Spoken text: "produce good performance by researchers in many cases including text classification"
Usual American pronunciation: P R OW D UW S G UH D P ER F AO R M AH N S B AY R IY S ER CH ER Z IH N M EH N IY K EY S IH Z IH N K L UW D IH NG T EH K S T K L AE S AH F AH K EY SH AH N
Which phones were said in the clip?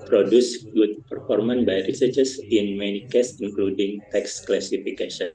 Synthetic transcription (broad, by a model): P R OW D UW S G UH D P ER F AO R M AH N B AY R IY S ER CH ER S IH N M EH N IY K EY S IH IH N K L UW D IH NG T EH K S K L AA S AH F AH K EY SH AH N